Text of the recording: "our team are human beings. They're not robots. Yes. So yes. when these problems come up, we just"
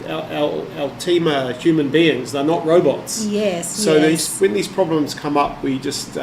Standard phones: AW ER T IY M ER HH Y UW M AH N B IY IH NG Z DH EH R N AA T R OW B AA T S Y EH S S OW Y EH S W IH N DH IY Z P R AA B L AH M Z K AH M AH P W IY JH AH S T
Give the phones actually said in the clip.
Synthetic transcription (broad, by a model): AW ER T IY M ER HH Y UW M AH N B IY IH NG Z DH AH R N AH T R OW B AA T S Y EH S S OW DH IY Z W IH N DH IY Z P R AA B L AH M Z K AH M AH P W IY JH AH S T